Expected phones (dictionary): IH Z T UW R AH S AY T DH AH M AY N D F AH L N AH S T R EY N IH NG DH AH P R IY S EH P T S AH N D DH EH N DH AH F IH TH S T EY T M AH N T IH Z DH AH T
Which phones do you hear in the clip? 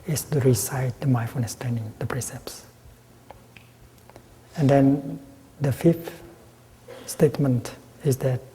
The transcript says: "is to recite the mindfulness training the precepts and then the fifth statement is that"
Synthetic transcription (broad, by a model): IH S T UW R AH S AY T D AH M AY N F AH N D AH S T EY N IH NG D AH P R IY S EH P S AH N D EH N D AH F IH F S T EY T M AH N T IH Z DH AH T